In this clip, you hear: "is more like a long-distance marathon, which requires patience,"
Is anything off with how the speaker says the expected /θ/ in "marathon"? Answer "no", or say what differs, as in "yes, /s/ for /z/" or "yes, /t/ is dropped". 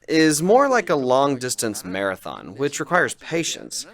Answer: no